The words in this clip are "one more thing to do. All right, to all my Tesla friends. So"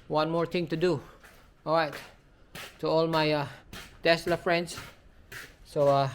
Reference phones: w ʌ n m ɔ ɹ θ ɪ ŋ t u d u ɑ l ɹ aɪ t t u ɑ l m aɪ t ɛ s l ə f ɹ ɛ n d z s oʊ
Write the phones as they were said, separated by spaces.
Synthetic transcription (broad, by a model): w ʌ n m ɔ ɹ t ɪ ŋ t u d u ɑ l ɹ aɪ t t u ɑ l m aɪ t ɛ s l ə f ɹ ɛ n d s s oʊ